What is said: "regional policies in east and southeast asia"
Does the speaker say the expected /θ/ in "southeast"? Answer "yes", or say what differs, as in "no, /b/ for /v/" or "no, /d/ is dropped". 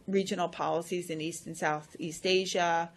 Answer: yes